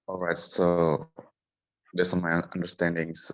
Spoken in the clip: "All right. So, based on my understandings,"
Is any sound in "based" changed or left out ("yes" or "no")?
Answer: yes